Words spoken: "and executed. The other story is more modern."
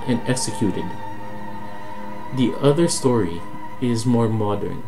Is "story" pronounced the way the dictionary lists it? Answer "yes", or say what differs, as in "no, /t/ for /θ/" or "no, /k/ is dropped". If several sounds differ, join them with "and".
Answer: yes